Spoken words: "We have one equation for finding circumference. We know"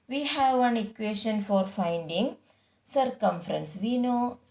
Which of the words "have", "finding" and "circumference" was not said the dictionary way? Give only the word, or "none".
none